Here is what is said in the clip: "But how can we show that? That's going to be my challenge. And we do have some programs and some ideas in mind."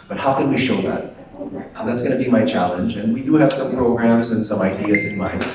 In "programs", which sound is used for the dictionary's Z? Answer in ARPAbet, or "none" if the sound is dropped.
Z